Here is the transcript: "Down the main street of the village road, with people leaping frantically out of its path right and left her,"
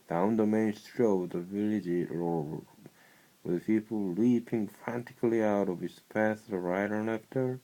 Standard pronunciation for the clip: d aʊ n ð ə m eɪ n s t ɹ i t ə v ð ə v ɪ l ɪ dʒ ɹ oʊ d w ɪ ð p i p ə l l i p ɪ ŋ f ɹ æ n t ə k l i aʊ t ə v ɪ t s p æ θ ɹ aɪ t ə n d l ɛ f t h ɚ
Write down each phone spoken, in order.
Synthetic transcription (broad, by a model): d aʊ n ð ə m eɪ n s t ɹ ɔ ə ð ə v ɪ l ɪ dʒ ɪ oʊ w ɪ ð p i p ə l l i p ɪ ŋ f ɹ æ n t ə k l i aʊ t ə v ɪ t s p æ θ ɹ aɪ t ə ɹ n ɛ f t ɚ